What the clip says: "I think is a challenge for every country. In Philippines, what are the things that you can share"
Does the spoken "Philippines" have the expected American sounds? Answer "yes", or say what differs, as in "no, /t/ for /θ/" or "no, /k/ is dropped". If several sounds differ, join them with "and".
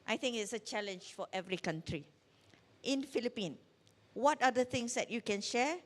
no, /z/ is dropped